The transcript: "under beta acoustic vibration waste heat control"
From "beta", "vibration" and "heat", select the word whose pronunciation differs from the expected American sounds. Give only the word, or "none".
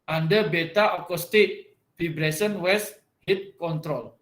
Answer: vibration